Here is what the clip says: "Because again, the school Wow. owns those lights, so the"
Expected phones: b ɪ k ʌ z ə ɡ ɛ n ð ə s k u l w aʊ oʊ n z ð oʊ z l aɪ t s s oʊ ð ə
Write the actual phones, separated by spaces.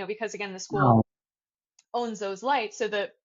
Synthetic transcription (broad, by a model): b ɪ k ʌ z ə ɡ ɛ n ð ə s k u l oʊ n z ð oʊ z l aɪ t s s oʊ ð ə